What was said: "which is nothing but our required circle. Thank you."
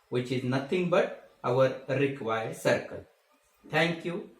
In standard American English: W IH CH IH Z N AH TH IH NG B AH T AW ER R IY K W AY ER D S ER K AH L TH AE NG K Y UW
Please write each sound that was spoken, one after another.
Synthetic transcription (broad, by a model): W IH CH IH Z N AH T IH NG B AH T AW ER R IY K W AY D S ER K AH L T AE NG K Y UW